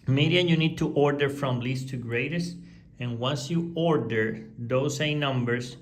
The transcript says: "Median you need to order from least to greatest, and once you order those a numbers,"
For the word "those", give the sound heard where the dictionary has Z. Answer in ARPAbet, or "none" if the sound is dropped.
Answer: S